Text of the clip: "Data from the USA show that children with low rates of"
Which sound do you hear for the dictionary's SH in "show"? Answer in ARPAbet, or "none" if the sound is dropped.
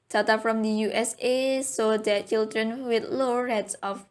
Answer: S